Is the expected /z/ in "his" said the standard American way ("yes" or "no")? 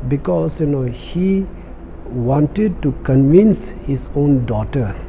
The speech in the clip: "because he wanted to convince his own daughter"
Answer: no